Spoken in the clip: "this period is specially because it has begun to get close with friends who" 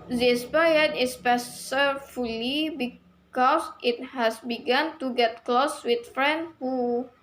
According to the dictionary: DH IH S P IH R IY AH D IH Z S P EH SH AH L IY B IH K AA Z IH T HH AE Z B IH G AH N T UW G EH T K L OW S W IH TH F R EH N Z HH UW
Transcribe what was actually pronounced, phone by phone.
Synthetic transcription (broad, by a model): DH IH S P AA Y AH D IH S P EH S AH L IY B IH K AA S IH T HH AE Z B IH G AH N T UW G EH T K L OW S W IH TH F R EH N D HH UW